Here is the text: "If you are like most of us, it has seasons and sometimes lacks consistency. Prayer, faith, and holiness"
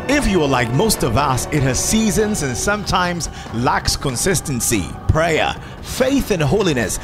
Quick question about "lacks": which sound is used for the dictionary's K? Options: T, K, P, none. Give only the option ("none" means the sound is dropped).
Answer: K